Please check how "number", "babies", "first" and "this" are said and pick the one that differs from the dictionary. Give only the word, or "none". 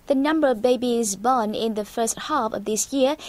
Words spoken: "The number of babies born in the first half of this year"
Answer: none